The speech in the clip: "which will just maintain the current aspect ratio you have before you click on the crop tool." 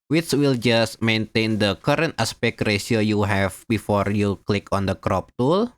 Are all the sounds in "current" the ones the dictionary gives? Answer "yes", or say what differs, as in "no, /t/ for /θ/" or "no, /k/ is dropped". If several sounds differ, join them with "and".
yes